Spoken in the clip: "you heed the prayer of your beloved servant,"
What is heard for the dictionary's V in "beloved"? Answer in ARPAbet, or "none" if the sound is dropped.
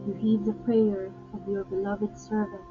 V